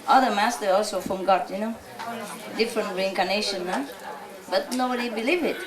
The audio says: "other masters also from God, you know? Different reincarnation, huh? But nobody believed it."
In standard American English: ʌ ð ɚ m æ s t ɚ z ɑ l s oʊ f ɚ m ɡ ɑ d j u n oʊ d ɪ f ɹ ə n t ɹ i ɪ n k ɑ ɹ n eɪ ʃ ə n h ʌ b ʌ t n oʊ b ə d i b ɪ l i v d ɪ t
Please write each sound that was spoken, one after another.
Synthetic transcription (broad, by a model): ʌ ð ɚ m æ s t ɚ ɑ l s oʊ f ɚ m ɡ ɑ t j u n oʊ d ɪ f ɹ ə n t ɹ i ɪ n k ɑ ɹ n eɪ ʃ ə n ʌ b ʌ t n oʊ b ə d i b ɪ l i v ɪ t